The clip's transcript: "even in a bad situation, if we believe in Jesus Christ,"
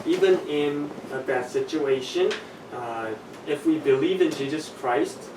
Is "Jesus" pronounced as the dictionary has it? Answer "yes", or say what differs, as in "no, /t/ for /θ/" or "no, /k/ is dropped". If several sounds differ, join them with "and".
yes